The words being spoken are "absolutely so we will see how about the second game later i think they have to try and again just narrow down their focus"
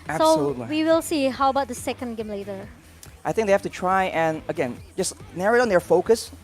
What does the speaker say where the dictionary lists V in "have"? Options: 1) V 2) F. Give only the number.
2